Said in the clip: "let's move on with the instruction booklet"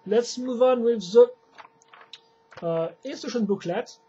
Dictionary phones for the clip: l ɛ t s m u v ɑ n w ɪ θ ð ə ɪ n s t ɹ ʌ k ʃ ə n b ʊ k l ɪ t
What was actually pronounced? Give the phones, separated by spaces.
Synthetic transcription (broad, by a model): l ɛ t s m u v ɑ n w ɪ ð ə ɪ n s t ʌ ʃ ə n b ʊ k l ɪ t